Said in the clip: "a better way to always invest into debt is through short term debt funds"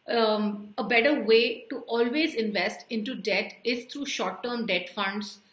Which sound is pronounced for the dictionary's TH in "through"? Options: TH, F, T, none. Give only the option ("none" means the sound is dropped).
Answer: T